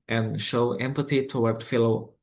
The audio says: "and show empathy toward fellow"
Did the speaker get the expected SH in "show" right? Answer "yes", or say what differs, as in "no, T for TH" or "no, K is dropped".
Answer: yes